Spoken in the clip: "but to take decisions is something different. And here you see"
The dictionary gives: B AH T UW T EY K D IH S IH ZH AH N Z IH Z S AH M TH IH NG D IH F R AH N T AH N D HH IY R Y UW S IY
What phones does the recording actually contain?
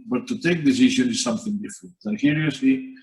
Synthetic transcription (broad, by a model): B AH T UW T EY K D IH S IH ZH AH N IH Z S AH M TH IH NG D IH F R AH N T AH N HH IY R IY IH S IY